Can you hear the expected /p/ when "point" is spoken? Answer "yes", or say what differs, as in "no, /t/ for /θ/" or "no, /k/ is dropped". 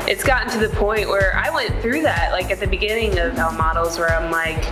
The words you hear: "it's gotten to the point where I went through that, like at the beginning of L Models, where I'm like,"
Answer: yes